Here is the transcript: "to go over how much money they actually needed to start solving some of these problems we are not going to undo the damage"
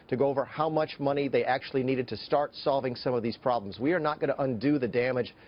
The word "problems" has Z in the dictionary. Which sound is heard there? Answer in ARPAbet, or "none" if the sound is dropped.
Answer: Z